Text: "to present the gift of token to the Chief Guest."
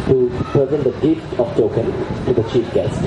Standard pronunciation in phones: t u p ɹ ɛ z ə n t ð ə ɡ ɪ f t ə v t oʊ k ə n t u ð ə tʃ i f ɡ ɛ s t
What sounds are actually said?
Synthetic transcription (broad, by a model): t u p ɛ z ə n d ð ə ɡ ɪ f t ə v t oʊ k ə n t u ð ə tʃ i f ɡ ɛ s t